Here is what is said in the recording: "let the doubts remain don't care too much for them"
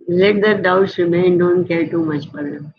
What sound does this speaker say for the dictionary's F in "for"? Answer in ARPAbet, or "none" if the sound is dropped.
P